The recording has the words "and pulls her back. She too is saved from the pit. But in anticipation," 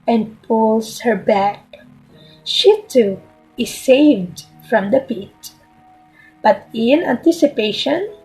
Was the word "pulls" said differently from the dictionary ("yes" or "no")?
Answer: yes